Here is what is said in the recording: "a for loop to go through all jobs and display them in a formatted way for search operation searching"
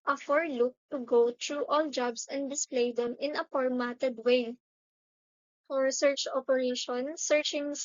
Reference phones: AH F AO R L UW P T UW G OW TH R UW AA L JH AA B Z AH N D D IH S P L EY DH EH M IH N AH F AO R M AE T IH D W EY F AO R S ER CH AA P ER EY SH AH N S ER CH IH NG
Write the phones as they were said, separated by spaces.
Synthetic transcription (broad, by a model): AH F AO R L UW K T UW G OW T R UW AA L JH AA B S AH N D D IH S P L EY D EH M IH N AH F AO R M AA T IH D W EY F AO R S ER CH AA P ER EY SH AH N S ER CH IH NG